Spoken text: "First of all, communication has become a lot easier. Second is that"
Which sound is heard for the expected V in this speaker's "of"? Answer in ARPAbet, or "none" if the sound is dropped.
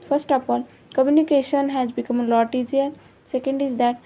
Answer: P